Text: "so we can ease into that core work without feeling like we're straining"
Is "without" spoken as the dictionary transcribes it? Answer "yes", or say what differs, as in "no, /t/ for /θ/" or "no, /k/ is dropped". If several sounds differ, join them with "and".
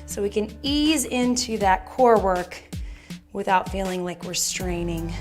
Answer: yes